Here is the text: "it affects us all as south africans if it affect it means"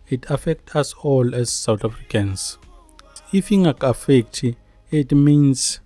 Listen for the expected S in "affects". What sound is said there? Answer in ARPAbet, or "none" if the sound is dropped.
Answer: none